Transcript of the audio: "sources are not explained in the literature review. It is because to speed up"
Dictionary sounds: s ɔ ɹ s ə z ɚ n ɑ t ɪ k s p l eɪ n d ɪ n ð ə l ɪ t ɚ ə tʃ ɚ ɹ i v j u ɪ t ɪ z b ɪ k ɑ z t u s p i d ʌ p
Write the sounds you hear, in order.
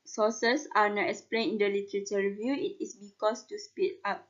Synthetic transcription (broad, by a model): s ɔ s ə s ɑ n ɑ t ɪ k s p l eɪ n ɪ n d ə l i t ɚ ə tʃ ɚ ɹ i v j u ɪ t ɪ s b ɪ k ɑ s t u s p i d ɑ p